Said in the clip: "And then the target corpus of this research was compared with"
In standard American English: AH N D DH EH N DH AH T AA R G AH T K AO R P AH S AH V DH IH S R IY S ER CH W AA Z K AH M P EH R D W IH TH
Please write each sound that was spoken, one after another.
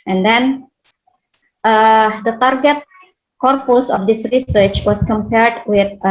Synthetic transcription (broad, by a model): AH N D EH N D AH T AA R G AH T K AO R P AH S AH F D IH S R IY S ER CH W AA S K AH M P EH R D W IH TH